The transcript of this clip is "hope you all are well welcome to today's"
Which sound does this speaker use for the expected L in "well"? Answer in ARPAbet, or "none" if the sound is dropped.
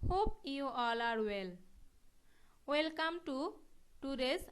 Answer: L